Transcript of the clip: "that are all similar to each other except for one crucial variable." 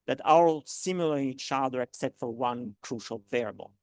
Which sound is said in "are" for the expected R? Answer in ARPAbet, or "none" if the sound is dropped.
W